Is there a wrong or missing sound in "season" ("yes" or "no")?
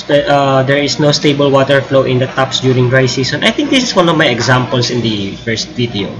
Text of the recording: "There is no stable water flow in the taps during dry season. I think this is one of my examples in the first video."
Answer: yes